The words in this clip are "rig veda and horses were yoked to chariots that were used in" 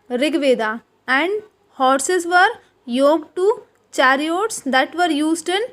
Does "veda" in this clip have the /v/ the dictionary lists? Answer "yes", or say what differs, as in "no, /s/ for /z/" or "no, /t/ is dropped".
yes